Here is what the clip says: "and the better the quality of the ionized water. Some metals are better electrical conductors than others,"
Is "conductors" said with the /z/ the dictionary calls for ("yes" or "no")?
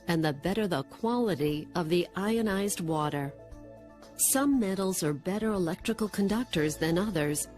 yes